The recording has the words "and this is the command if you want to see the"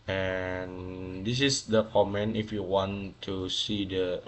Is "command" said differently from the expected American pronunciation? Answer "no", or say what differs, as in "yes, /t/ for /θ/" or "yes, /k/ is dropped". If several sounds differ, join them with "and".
yes, /d/ is dropped